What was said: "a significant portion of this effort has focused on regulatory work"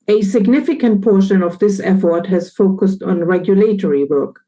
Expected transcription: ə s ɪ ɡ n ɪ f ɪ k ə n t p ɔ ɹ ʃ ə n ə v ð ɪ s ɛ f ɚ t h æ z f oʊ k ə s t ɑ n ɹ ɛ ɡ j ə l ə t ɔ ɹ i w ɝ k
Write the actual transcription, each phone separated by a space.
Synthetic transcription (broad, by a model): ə s ɪ ɡ n ɪ f ɪ k ə n t p ɔ ɹ ʃ ə n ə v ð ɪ s ɛ f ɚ t h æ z f oʊ k ə s t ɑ n ɹ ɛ ɡ j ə l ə t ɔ ɹ i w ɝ k